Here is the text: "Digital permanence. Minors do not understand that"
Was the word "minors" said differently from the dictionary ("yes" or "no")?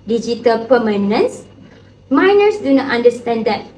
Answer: yes